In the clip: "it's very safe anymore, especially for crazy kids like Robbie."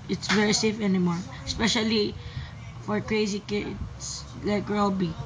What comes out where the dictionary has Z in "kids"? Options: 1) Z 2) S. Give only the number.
2